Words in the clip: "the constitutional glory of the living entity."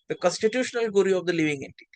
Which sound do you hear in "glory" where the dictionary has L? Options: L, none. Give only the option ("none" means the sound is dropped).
none